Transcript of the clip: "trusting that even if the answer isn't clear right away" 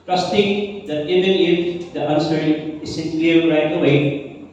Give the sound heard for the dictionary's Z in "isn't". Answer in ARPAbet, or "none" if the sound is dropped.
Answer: S